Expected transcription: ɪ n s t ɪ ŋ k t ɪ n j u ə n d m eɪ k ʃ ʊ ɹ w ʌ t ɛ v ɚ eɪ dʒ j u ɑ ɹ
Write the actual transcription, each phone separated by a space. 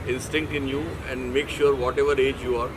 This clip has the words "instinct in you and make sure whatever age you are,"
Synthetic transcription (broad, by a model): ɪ n s t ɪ ŋ k t ɪ n j u ə n d m eɪ k ʃ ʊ ɹ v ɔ t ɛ v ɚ eɪ dʒ j u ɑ ɹ